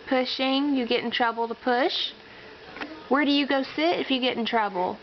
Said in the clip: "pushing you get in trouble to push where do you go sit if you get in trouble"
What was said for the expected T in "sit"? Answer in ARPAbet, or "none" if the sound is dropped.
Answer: T